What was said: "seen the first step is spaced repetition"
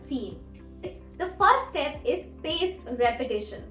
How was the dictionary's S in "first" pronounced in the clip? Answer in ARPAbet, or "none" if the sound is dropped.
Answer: none